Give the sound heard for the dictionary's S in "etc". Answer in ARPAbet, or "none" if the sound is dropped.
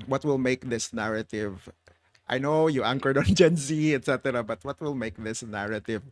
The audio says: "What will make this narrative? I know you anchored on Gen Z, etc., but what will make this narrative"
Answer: S